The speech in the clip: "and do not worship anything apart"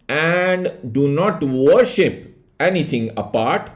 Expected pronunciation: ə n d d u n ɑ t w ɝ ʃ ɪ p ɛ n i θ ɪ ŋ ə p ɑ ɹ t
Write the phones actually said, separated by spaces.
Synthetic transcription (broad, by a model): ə n d d u n ɑ t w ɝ ʃ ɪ p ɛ n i t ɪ ŋ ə p ɑ ɹ t